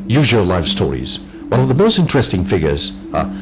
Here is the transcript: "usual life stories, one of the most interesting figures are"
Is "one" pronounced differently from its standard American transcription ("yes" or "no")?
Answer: yes